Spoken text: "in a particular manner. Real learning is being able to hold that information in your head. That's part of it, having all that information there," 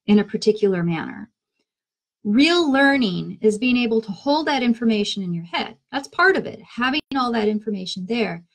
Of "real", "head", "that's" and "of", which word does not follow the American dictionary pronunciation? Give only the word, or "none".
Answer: none